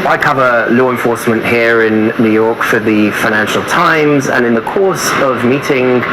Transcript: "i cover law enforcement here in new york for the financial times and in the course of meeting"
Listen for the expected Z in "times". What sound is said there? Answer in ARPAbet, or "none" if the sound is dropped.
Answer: Z